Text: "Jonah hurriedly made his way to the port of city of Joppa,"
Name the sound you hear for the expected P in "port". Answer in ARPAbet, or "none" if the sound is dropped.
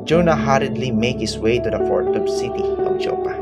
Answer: F